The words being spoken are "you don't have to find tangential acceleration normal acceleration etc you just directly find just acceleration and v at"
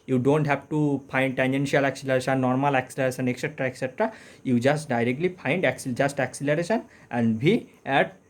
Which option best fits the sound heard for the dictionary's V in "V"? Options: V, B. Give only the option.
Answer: B